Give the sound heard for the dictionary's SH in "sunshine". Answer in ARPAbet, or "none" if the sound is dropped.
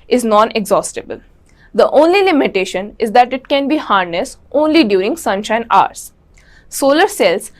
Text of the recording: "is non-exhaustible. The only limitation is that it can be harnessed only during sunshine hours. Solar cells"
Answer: SH